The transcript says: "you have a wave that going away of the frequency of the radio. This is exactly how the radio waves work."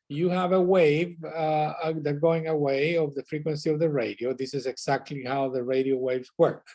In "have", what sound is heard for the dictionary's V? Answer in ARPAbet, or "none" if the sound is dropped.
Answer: V